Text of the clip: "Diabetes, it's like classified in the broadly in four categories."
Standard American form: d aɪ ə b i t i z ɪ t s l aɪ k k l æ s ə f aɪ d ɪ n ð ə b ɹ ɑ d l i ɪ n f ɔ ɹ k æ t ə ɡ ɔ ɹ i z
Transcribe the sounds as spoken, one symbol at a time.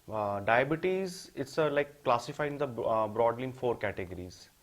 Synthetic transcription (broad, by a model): d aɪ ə b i t i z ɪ t s l aɪ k k l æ s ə f aɪ ɪ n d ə b ɹ ɑ d l i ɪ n f ɔ ɹ k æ t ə ɡ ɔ ɹ i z